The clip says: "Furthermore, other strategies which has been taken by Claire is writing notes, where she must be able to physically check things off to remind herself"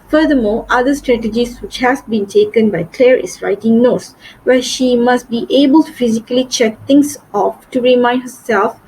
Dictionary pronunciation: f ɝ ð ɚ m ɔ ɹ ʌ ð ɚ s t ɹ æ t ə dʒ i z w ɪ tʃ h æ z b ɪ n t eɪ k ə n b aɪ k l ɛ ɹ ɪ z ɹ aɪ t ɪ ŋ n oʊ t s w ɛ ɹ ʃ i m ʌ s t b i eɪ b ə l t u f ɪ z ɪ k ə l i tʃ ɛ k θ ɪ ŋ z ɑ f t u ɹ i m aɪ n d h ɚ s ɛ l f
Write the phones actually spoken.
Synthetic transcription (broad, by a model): f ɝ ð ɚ m ɔ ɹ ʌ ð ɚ s t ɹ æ t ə dʒ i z w ɪ tʃ h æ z b ɪ n t eɪ k ə n b aɪ k l ɛ ɹ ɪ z ɹ aɪ t ɪ ŋ n oʊ t s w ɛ ʃ i m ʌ s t b i eɪ b ə l t u f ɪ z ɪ k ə l i tʃ ɛ k t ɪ ŋ s ɑ f t u ɹ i m aɪ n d h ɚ s ɛ l f